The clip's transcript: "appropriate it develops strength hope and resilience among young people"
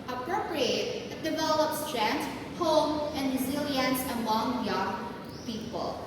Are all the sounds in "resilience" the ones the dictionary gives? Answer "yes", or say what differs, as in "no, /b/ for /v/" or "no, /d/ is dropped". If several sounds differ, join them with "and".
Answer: yes